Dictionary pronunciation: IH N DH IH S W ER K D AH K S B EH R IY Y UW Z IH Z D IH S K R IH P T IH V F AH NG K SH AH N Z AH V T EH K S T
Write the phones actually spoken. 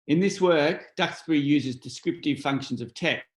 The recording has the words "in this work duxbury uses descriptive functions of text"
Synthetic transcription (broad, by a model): IH N DH IH S W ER K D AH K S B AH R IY Y UW Z IH Z D IH S K R IH P T IH V F AH NG K SH AH N Z AH V T EH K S